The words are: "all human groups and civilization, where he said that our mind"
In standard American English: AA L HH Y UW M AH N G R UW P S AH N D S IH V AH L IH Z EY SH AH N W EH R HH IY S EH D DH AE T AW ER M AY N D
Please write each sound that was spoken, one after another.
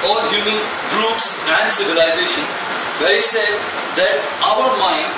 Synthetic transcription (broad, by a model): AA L HH Y UW M AH N G R UW P S AH N D S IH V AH L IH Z EY SH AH N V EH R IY S EH D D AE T AW ER M AY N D